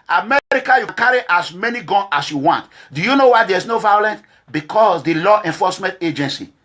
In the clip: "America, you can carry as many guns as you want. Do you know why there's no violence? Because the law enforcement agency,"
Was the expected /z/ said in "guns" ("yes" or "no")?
no